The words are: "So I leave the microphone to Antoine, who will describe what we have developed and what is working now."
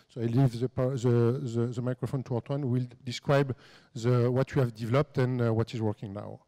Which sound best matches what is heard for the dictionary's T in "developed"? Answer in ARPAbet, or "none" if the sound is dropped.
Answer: T